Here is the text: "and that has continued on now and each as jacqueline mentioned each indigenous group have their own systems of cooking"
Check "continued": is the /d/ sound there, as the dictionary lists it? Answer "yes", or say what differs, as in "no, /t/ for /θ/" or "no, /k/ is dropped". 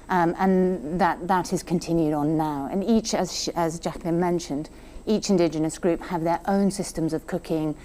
yes